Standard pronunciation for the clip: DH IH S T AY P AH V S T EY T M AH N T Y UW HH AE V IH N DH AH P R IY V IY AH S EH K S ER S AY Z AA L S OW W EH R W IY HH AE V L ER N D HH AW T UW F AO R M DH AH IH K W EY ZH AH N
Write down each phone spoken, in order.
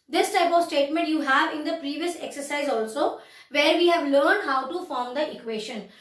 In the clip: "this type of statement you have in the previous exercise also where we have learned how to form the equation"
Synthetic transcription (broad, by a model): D IH S T AY P AH V S T EY T M AH N T Y UW HH AE V IH N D AH P R IY V IY AH S EH K S ER S AY Z AA L S OW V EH R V IY HH AE V L ER N D HH AW T UW F AO R M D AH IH K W EY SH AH N